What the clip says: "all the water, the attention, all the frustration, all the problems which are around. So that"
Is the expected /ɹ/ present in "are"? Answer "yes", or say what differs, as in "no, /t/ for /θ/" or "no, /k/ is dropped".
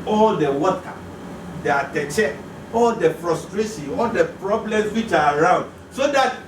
yes